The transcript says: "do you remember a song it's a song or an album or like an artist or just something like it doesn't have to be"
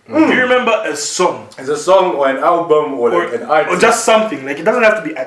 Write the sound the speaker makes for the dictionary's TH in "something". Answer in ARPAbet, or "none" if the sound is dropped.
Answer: TH